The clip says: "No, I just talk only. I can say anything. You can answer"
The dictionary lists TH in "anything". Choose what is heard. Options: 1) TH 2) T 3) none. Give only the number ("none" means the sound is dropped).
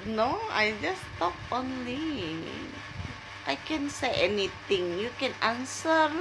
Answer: 2